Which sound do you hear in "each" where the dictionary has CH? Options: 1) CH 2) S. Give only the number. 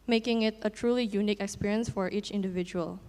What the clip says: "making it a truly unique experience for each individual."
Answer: 1